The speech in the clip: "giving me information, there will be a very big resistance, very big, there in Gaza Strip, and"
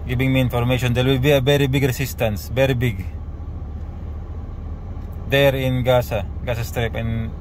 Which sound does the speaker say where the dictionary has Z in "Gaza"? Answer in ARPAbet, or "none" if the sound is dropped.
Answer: S